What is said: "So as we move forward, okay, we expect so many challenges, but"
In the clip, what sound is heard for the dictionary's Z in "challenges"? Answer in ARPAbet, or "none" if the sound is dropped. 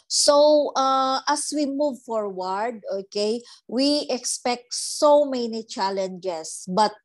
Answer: S